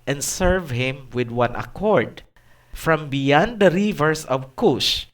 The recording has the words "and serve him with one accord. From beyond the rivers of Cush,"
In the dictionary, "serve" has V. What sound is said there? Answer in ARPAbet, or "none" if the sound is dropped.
V